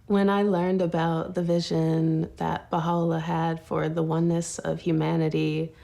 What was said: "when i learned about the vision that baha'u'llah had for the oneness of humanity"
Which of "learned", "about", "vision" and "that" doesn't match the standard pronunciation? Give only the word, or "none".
none